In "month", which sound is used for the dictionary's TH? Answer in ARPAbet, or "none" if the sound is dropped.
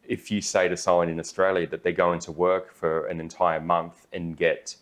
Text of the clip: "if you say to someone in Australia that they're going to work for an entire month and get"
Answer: TH